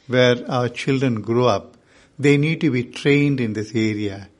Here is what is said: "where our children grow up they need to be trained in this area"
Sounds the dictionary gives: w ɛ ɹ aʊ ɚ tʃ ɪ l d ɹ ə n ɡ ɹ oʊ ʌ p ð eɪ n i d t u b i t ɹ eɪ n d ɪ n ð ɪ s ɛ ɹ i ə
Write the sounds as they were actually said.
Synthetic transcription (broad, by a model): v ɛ ɹ aʊ ɚ tʃ ɪ l d ɹ ə n ɡ ɹ oʊ ʌ p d eɪ n i d t u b i t ɹ eɪ n d ɪ n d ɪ s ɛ ɹ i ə